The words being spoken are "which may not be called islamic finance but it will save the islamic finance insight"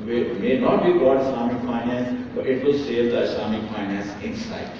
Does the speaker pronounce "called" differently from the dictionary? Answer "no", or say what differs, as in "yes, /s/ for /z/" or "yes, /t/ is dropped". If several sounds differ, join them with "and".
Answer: yes, /l/ is dropped